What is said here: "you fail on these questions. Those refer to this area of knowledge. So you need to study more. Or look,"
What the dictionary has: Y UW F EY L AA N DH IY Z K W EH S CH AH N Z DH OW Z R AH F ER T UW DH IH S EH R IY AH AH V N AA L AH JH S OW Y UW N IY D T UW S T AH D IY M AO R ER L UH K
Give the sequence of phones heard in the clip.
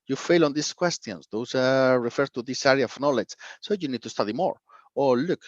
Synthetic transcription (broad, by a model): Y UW F EY L AA N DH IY S K W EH S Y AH N S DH OW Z R AH F ER T UW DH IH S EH R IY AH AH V N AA L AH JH S OW Y UW N IY D T UW S T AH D IY M AO R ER L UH K